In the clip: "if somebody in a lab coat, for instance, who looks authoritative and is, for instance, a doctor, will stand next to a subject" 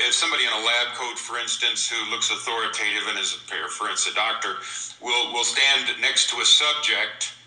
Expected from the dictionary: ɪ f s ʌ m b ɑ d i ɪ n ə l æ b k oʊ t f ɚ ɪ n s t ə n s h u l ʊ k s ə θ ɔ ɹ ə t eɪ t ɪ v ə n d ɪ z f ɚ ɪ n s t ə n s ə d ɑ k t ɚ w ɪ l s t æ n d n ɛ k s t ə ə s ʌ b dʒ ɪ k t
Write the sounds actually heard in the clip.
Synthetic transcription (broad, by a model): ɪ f s ʌ m b ɑ d i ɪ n ə l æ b k oʊ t f ɚ ɪ n s t ə n s h u l ʊ k s ə θ ɔ ɹ ə t eɪ t ɪ v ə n ɪ z p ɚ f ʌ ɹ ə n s ə d ɑ k t ɚ w ɪ l s t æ n n ɛ k s t ə ə s ʌ b dʒ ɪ k t